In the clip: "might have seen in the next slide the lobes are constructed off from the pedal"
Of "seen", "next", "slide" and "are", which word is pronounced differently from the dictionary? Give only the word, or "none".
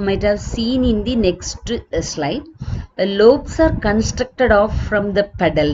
none